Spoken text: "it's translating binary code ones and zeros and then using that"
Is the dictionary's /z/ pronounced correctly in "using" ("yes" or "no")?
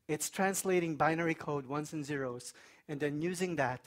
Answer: yes